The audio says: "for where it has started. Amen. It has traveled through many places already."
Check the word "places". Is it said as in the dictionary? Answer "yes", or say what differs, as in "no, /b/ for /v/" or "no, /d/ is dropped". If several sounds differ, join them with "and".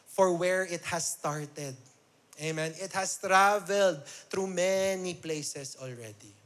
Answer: no, /s/ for /z/